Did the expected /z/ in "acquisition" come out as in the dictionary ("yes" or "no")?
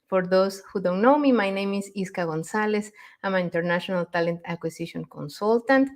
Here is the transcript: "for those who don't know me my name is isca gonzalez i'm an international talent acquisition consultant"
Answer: no